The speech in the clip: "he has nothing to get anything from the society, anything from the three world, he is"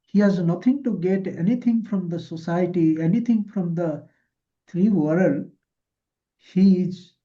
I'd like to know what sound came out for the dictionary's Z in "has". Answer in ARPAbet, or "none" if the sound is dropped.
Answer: Z